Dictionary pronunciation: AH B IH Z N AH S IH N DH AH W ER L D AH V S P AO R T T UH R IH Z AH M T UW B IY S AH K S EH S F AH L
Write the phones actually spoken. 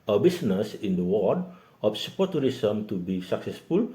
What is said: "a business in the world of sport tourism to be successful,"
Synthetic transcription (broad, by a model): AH B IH S N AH S IH N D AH W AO D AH F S P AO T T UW R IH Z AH M T UW B IY S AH K S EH S F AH L